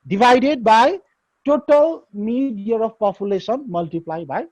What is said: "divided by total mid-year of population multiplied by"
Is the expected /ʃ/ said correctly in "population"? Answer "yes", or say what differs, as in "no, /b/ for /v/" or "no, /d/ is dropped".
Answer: no, /s/ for /ʃ/